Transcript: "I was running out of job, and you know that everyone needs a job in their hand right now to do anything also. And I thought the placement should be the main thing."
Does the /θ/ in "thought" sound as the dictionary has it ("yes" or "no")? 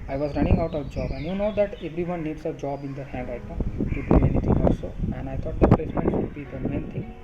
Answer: no